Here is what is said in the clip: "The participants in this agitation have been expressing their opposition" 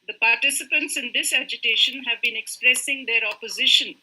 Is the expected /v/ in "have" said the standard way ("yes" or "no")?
yes